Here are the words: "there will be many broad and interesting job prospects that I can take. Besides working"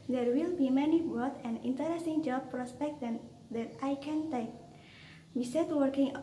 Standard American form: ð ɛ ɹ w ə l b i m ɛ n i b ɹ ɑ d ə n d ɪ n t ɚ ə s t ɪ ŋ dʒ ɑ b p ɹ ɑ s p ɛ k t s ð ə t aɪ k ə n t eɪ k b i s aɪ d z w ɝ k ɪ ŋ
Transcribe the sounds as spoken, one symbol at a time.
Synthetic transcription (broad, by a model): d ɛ ɹ w ə l b i m ɛ n i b ɑ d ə n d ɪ n t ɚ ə s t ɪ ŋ dʒ ɑ b p ɹ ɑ s p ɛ k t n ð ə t aɪ k ə n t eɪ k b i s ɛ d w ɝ k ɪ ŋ